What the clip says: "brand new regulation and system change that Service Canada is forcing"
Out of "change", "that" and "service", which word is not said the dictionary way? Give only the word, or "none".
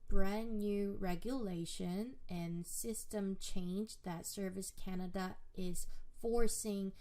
none